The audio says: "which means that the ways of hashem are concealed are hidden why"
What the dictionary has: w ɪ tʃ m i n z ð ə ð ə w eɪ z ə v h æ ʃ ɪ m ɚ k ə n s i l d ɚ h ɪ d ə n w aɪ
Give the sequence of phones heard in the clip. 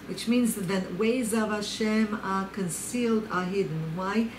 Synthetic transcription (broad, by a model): w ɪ tʃ m i n z ð ə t w eɪ z ə v h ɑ ʃ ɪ m ɚ k ə n s i l d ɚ h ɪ d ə n w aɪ